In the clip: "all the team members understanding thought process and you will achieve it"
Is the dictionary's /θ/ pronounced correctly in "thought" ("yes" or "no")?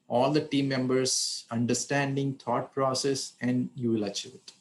no